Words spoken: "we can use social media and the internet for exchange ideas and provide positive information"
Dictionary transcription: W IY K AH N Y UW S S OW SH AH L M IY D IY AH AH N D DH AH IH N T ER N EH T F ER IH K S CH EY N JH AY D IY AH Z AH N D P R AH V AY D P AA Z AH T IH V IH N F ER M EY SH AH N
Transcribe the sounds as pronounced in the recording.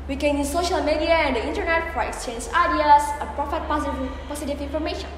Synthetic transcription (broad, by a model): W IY K AH N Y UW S S OW SH AH L M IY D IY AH AH N D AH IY N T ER N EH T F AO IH K S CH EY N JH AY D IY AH S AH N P R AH P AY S P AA S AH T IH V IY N F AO M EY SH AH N